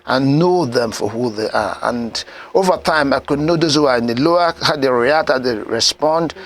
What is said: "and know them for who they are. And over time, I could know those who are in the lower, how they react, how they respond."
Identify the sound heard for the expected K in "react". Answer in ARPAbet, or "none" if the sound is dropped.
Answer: none